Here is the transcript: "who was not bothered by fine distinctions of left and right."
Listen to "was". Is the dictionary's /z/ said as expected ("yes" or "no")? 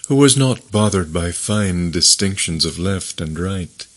yes